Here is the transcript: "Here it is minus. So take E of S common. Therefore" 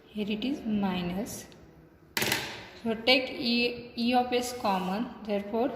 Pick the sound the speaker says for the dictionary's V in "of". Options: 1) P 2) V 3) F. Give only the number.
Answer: 1